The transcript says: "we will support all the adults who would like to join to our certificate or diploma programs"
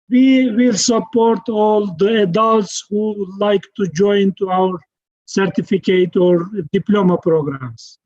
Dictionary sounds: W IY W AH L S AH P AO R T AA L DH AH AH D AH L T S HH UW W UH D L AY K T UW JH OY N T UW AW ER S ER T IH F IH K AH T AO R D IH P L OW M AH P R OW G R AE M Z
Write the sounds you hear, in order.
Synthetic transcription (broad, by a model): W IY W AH L S AH P AO R T AA L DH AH AH D AH L T S HH UW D L AY K T UW JH OY N T UW AW ER S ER T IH F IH K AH T AO R D IH P L OW M AH P R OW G R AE M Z